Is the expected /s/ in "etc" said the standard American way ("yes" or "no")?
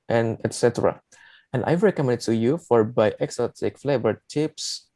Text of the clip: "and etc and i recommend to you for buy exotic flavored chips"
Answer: yes